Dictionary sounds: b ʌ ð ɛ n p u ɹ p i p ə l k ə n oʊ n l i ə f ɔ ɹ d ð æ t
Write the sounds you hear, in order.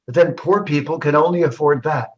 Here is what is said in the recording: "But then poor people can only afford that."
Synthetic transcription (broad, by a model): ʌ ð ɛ n p u ɹ p i p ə l k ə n oʊ n l i ə f ɔ ɹ d ð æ t